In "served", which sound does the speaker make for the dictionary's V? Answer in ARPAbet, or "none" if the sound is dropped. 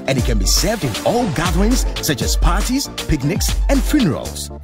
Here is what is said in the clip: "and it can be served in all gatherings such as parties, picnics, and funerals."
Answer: V